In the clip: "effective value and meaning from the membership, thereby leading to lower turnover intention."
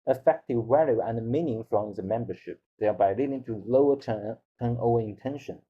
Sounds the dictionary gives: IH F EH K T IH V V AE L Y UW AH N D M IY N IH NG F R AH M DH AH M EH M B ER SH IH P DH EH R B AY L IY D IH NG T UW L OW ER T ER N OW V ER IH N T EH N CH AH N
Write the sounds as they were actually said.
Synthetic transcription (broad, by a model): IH F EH K T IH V W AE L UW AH N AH M IY N IH NG F R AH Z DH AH M EH M B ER SH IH P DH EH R B AY L IY D IH NG T UW L OW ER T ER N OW ER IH N T EH N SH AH N